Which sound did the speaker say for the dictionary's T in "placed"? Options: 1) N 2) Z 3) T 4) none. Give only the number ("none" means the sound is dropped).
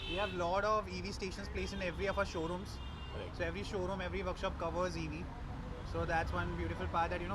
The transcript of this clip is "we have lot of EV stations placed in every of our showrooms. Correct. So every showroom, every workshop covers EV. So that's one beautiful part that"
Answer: 4